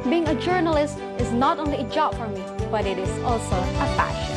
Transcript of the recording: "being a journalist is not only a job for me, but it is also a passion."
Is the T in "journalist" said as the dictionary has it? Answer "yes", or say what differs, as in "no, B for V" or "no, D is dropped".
yes